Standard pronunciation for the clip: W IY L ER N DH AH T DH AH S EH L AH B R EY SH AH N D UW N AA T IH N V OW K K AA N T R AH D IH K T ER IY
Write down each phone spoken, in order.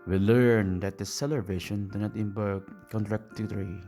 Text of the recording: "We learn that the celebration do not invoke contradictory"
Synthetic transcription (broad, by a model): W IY L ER N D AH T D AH S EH L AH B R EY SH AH N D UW N AA T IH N B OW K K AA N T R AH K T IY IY